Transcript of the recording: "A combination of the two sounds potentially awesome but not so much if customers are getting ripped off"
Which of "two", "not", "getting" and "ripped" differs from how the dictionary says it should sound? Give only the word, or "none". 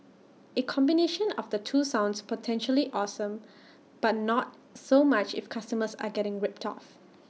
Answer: none